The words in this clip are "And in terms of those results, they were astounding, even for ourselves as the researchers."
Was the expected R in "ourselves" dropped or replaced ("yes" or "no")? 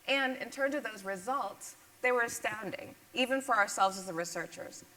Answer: no